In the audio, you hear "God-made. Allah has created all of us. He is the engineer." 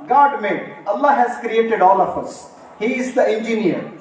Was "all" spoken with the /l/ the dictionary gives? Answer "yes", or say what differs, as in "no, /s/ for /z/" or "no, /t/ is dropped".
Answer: yes